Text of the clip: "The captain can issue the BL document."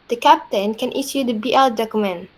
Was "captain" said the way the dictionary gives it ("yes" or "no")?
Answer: yes